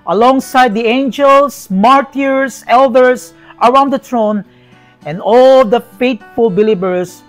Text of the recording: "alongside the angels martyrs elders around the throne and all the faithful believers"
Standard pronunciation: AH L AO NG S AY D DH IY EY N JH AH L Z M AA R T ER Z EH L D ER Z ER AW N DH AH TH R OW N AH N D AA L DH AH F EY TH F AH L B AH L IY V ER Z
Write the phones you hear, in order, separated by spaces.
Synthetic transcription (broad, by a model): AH L AO NG S AY D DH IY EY N JH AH L S M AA R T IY S EH L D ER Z ER AW N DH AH T R OW N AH N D AA L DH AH F EY T F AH L B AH L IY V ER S